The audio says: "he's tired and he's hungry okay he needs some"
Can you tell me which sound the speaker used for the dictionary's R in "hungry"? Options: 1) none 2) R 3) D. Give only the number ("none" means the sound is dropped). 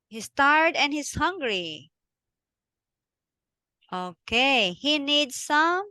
2